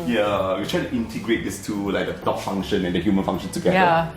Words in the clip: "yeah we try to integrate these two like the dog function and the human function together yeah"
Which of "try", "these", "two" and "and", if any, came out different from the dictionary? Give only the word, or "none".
these